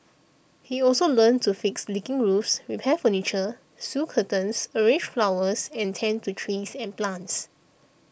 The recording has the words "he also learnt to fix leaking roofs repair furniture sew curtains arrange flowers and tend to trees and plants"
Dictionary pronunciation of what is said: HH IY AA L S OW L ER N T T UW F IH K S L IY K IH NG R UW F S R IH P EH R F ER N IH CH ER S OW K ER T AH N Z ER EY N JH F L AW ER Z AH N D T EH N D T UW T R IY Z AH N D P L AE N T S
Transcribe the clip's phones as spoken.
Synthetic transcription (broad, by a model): HH IY AA L S OW L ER N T T UW F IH K S L IY K IH NG R UW F S R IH P EH F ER N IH CH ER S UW K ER T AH N S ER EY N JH F L AW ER S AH N T EH N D T UW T R IY S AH N P L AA N T S